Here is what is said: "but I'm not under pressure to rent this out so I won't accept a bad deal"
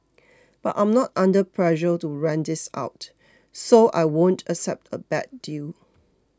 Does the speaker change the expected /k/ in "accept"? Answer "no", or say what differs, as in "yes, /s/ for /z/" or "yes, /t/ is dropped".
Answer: no